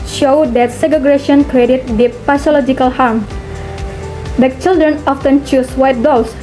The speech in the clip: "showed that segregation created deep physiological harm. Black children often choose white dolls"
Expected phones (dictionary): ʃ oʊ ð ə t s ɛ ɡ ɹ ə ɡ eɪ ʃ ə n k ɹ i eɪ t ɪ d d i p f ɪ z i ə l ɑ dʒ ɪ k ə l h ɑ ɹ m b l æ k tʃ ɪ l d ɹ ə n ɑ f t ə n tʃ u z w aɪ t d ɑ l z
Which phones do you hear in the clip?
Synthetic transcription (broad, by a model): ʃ oʊ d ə t s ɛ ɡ ə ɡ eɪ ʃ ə n k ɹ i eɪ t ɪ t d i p p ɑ s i l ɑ dʒ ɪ k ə l h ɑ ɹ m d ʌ tʃ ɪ l d ɹ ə n ɑ f t ə n tʃ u s w aɪ t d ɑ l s